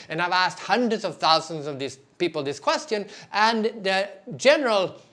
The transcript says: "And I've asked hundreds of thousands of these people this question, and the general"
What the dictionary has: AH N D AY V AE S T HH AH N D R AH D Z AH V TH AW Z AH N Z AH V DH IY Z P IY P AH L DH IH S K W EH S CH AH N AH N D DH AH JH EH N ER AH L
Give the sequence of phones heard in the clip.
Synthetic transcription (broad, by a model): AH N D AY V AE S T HH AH N D R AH D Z AH V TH AW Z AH N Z AH V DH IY S P IY P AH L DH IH S K W EH S CH AH N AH N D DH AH JH EH N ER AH L